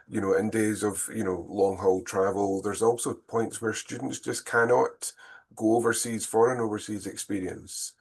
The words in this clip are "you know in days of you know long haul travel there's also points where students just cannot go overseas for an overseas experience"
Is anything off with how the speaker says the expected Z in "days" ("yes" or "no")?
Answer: no